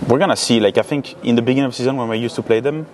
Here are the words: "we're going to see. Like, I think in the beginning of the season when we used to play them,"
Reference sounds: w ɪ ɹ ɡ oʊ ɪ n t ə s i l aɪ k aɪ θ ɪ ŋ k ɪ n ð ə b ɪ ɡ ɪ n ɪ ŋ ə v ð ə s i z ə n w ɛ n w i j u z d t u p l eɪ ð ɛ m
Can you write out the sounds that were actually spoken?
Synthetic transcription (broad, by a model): w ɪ ɹ ɡ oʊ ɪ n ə s i l aɪ k aɪ θ ɪ ŋ k ɪ n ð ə b ɪ ɡ ɪ n ɪ ŋ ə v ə s i z ə n w ɛ n w i j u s t u p l eɪ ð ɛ m